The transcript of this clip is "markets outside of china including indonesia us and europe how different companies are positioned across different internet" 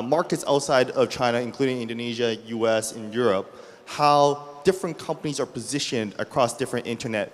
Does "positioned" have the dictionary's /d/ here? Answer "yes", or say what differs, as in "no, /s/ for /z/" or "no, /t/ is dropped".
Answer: yes